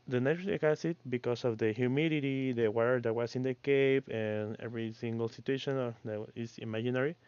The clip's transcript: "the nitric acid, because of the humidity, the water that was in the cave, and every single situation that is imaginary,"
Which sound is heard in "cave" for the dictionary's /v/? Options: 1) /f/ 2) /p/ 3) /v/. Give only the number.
2